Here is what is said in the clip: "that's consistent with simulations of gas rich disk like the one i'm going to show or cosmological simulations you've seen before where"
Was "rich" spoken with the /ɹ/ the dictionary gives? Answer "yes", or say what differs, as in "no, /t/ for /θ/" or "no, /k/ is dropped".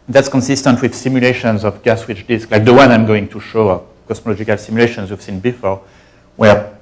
no, /w/ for /ɹ/